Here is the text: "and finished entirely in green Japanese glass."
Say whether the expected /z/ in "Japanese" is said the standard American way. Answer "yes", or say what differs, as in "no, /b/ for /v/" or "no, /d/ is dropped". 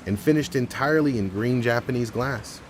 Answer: yes